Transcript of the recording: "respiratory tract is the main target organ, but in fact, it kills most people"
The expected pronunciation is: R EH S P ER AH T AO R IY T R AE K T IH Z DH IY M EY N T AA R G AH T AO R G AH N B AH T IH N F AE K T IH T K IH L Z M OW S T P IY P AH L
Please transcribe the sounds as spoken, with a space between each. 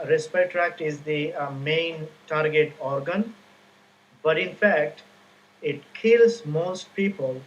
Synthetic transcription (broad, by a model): R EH S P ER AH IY T R AE K T IH Z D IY M EY N T AA R G AH T AO R G AH N B AH T IH N F AE K T IH T K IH L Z M OW S T P IY P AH L